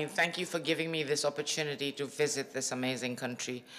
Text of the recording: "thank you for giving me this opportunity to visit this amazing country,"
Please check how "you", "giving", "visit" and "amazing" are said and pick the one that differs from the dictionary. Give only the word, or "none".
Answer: none